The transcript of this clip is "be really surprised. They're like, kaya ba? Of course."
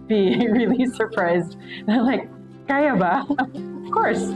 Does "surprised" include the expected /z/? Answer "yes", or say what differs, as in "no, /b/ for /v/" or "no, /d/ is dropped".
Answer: yes